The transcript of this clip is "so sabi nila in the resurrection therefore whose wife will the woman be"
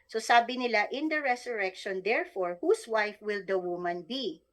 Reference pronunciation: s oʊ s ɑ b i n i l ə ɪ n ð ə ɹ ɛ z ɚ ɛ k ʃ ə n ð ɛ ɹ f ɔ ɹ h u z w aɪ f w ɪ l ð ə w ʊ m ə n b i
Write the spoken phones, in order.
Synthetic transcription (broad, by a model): s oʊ s ɑ b i n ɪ l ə ɪ n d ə ɹ ɛ s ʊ ɛ k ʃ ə n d ɛ ɹ f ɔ ɹ h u s w aɪ f w ɪ l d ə w ʊ m ə n b i